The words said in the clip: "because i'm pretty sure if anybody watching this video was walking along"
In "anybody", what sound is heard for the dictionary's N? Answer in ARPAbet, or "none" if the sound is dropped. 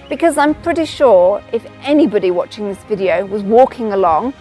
N